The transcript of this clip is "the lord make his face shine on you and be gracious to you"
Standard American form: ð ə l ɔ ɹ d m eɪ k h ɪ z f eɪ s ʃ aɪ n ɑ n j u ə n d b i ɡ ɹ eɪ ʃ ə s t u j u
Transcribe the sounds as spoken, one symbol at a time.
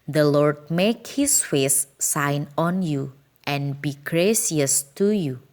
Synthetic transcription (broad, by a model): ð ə l ɔ ɹ d m eɪ k h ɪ s f eɪ s aɪ n ɑ n j u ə n b i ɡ ɹ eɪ s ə s t u j u